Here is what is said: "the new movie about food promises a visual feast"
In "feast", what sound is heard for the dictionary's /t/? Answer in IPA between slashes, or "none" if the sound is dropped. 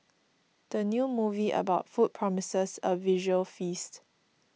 /t/